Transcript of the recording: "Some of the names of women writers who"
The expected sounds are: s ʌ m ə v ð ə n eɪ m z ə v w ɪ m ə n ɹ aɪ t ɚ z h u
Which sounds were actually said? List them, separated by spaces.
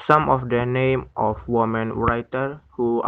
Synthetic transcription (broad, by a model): s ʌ m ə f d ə n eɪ m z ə f w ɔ m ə n ɹ aɪ t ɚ h u